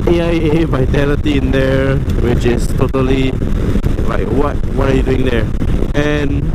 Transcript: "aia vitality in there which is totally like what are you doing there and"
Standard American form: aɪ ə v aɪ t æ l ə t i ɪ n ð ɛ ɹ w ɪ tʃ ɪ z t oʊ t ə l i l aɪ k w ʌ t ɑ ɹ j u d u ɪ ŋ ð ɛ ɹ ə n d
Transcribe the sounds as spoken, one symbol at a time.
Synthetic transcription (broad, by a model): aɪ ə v aɪ t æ l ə t i ɪ n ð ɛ ɹ w ɪ tʃ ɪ s t oʊ t ə l i l aɪ k w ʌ t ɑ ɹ j u d u ɪ ŋ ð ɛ ɹ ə n